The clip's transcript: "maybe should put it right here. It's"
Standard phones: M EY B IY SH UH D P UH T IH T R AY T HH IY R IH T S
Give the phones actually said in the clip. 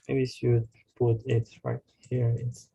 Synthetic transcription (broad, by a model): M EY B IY S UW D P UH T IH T R AY T HH IY R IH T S